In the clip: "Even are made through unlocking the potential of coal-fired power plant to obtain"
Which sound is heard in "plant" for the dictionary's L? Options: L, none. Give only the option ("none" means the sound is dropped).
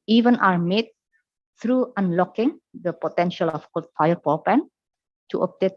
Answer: none